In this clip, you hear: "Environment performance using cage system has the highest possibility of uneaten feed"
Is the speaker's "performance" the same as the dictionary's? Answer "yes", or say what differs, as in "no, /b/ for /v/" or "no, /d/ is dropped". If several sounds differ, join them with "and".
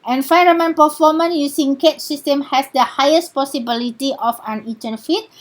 no, /s/ is dropped